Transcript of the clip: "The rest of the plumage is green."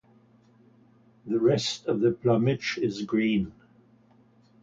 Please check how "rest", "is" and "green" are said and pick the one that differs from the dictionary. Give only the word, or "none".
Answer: none